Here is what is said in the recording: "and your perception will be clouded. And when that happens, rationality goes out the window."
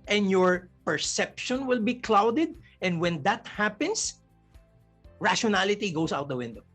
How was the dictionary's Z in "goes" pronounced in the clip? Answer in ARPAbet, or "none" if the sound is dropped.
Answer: S